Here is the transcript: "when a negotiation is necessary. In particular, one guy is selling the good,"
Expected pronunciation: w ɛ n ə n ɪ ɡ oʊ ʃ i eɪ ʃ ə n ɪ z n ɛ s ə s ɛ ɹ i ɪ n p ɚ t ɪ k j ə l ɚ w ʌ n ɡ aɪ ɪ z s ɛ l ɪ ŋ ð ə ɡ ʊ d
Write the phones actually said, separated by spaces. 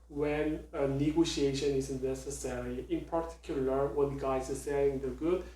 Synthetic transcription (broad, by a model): w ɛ n ə n ɪ ɡ oʊ ʃ i eɪ ʃ ə n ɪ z n ɛ s ə s ɛ ɹ i ɪ n p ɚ t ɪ k j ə l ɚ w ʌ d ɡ aɪ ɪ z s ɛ ɪ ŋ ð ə ɡ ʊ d